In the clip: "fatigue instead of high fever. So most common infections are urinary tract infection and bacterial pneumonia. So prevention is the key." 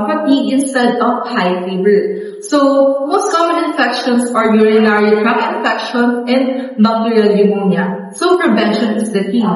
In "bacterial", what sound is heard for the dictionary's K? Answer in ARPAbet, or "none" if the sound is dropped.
none